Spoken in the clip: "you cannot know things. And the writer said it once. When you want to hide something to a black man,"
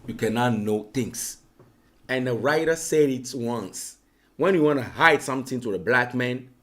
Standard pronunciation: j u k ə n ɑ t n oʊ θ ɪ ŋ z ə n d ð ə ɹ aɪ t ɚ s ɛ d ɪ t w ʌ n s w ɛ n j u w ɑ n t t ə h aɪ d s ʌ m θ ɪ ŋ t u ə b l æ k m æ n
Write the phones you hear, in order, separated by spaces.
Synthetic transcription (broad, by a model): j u k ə n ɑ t n oʊ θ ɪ ŋ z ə n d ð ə ɹ aɪ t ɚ s ɛ d ɪ t w ʌ n s w ɛ n j u w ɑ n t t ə h aɪ d s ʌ m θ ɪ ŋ t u ə b l æ k m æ n